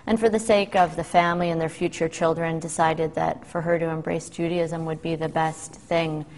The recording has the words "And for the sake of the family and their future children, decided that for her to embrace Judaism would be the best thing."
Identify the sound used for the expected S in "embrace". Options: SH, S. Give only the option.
S